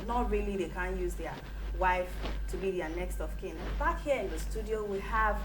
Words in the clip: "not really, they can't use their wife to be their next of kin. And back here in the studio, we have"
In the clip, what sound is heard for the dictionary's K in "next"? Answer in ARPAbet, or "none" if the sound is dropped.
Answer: K